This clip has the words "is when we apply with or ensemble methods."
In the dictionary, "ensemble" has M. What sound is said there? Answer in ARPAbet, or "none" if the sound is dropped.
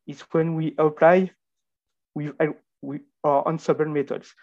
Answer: none